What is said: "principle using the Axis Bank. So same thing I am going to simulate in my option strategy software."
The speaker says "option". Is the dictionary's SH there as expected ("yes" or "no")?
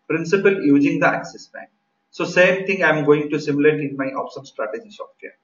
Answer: no